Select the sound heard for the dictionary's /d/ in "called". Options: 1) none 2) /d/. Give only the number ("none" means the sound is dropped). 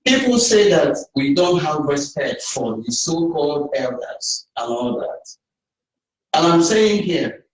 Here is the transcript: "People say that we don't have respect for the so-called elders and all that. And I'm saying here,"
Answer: 2